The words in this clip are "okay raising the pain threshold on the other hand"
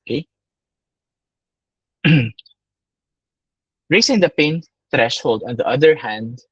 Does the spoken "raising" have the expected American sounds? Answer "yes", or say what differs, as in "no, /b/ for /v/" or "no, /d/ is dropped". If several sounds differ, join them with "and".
no, /s/ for /z/